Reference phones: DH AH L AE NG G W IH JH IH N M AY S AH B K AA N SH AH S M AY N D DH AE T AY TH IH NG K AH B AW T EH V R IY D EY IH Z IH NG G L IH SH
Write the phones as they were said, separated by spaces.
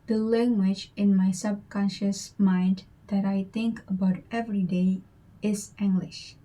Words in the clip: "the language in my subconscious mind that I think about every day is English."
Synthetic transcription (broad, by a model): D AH L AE NG G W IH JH IH N M AY S AH B K AA N SH AH S M AY N D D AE T AY T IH NG K AH B AW T EH V R IY D EY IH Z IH NG G L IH SH